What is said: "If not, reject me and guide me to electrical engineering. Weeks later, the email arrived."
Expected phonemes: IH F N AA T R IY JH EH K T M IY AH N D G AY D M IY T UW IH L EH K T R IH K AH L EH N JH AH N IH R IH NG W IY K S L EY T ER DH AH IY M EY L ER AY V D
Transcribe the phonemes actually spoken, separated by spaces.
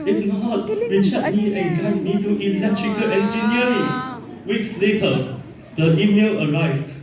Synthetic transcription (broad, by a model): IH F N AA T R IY CH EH T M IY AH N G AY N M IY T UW IH L EH K T R IH K AH L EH N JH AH N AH R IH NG W IY K S L EY T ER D AH IY M EY L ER AY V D